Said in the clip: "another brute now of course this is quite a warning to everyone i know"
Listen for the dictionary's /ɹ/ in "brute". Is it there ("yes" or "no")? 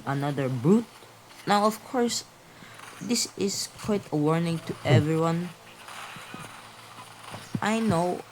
yes